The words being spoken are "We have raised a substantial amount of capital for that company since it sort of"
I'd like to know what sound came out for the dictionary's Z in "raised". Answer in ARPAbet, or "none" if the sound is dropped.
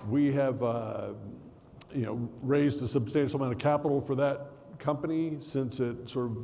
Z